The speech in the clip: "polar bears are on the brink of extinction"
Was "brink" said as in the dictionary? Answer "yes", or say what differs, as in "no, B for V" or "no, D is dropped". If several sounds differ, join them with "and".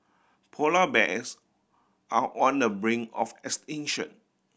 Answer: no, K is dropped